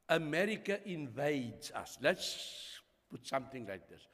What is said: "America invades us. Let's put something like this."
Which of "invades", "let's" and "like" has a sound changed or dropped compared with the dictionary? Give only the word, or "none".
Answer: none